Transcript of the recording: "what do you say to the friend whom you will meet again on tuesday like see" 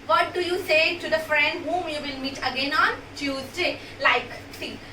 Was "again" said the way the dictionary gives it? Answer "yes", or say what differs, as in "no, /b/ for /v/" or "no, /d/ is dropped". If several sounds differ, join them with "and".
yes